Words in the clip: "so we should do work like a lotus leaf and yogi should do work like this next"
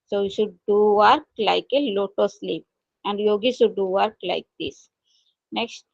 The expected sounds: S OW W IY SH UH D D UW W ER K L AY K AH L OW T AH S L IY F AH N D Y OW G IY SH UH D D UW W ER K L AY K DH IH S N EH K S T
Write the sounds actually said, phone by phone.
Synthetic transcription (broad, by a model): S OW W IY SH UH D D UW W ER K L AY K AH L OW T AH S L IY P AH N D Y OW G IY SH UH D D UW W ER K L AY K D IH S N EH K S T